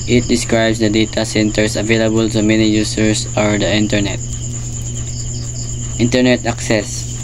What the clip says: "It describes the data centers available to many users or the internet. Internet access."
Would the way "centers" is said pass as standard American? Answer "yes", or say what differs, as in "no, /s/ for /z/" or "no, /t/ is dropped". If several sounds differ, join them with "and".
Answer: no, /s/ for /z/